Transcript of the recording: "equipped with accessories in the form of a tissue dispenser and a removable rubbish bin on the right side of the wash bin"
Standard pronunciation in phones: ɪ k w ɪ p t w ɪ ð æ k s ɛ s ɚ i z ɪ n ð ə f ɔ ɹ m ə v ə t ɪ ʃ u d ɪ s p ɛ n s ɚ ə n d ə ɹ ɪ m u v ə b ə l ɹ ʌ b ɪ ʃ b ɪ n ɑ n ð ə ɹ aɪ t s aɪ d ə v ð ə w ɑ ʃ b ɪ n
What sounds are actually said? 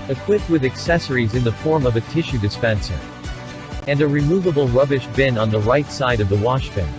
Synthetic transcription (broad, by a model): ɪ k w ɪ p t w ɪ ð æ k s ɛ s ɚ i z ɪ n ð ə f ɔ ɹ m ə v ə t ɪ ʃ u d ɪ s p ɛ n s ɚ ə n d ə ɹ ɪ m u v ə b l ɹ ʌ b ɪ ʃ b ɪ n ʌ n ð ə ɹ aɪ t s aɪ d ə v ð ə w ɑ ʃ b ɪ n